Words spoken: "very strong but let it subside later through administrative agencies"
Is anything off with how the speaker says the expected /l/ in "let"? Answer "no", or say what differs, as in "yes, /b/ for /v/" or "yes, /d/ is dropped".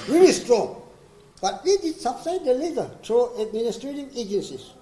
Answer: yes, /w/ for /l/